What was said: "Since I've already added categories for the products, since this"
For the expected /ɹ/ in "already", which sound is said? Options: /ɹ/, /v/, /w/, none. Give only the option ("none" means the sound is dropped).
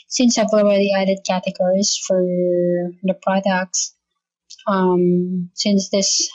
none